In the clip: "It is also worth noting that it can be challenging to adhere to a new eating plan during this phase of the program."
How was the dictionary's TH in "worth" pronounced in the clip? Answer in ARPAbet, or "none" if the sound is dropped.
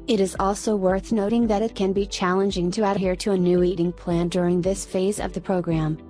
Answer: TH